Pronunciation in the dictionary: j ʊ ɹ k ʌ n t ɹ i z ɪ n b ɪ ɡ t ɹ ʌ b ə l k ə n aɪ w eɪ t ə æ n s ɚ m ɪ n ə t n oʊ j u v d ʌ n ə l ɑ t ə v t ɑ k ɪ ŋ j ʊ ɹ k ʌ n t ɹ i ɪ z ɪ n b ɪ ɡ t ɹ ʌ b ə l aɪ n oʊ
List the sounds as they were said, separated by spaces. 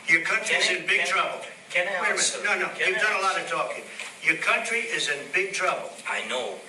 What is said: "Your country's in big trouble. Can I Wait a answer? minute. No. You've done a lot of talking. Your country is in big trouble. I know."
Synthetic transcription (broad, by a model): j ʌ ɹ k ʌ n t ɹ i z ɪ n b ɪ ɡ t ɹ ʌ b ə l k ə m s n ɔ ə n oʊ j u v d ʌ n ə l ɑ t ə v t ɑ k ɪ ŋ j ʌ ɹ k ʌ n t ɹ i ɪ z ɪ n b ɪ ɡ t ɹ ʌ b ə l aɪ n oʊ